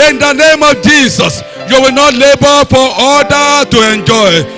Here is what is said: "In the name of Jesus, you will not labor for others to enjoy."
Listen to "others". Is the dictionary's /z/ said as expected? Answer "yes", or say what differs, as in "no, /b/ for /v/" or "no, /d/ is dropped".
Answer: no, /z/ is dropped